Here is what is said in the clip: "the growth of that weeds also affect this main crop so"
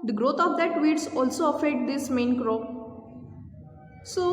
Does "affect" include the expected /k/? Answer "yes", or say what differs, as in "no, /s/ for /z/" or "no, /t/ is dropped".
no, /k/ is dropped